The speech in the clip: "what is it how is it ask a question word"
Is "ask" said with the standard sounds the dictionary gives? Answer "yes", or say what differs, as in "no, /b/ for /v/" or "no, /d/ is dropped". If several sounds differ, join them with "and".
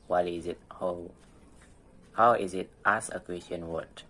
no, /k/ is dropped